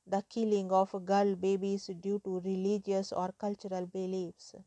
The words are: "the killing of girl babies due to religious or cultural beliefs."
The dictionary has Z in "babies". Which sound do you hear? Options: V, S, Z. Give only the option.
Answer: S